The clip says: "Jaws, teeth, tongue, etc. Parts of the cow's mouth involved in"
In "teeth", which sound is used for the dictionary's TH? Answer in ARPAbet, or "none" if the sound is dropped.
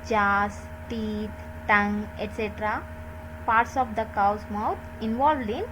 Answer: T